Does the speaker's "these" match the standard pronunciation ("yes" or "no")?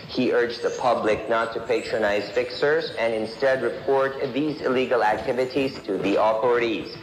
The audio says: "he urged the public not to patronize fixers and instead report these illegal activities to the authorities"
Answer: yes